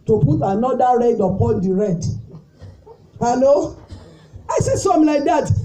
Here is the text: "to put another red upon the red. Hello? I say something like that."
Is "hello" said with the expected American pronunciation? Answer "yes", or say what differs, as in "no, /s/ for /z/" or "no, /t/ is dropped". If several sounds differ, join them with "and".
no, /n/ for /l/